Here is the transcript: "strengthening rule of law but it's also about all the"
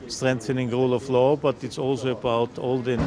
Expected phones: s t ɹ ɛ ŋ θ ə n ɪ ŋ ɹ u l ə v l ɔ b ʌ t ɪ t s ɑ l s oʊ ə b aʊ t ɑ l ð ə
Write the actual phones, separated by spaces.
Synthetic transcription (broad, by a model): s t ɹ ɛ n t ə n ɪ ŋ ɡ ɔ l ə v l ɔ b ʌ t ɪ t s ɑ l s oʊ ə b aʊ t ɑ l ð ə